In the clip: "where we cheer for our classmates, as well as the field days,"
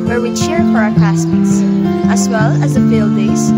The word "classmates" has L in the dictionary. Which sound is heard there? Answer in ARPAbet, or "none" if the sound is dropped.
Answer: none